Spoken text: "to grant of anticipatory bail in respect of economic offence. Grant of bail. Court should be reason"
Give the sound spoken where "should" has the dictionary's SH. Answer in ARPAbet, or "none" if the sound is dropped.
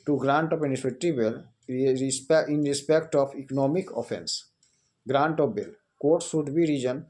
S